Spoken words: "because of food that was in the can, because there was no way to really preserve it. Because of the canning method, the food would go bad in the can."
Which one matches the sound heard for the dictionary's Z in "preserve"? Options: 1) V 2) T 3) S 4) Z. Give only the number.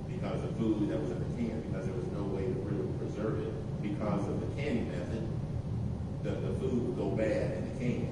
4